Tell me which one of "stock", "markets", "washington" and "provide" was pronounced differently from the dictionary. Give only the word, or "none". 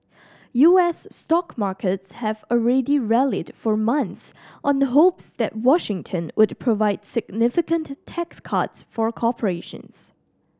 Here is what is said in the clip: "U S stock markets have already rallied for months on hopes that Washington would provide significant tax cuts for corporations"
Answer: none